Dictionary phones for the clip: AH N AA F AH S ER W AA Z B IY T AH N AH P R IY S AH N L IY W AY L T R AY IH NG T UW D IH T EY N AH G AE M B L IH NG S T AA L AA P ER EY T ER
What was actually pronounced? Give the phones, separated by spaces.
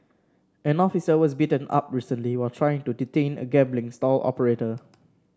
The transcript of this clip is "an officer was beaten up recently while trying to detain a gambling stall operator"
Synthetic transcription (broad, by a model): AH N AA F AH S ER W AA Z B IY T AH N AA P R IY S AH N L IY W AY L T R AY IH NG T UW D IH T EY N AH G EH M B L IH NG S T AA L AA P ER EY T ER